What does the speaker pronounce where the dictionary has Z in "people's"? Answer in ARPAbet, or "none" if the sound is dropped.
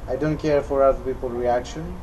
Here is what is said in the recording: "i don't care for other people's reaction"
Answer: none